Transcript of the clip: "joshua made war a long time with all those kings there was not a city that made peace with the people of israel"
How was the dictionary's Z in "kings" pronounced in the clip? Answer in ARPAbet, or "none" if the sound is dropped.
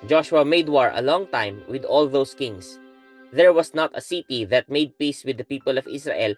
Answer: S